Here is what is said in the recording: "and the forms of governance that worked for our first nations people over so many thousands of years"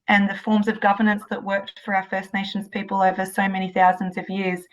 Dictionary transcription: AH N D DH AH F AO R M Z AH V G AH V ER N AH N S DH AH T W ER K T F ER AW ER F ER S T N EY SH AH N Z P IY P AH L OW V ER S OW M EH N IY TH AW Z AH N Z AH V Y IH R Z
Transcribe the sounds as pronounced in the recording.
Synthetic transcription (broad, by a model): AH N DH AH F AO R M Z AH V G AH V ER N AH N S DH AH T W ER K T F ER AW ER F ER S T N EY SH N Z P IY P AH L OW V ER S OW M EH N IY TH AW Z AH N Z AH V Y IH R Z